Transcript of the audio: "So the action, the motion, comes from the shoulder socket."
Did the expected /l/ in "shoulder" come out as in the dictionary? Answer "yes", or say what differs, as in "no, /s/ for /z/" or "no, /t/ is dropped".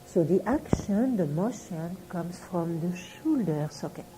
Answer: yes